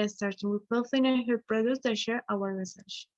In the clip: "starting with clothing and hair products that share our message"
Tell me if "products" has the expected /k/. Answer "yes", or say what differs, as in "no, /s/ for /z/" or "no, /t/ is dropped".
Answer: no, /k/ is dropped